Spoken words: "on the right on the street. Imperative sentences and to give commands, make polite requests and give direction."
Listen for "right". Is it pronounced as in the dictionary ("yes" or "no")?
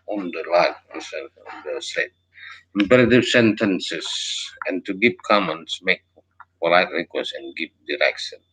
no